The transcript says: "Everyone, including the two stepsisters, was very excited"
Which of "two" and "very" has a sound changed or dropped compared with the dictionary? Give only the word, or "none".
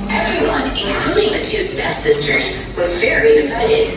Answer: very